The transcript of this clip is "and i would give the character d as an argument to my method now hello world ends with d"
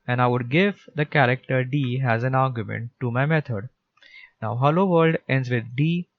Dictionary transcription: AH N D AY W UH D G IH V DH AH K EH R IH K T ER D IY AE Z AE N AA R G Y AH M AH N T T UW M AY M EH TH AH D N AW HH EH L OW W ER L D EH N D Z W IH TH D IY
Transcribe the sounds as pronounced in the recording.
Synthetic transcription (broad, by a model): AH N AY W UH D G IH V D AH K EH R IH K T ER D IY AE Z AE N AA R G Y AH M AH N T T UW M AY M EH T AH D N AW HH EH L OW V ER L D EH N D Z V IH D D IY